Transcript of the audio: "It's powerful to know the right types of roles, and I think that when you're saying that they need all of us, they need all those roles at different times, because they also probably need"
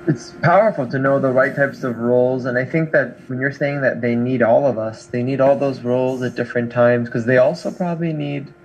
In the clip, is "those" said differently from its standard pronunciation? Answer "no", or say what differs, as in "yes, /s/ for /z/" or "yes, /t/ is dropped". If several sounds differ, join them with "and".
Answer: no